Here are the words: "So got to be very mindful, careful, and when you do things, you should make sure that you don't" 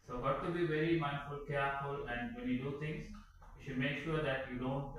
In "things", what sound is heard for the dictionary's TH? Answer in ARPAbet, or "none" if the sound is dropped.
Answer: T